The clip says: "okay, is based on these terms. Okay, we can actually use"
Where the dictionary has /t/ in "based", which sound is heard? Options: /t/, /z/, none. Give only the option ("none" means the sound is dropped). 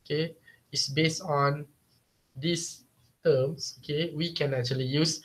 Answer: /t/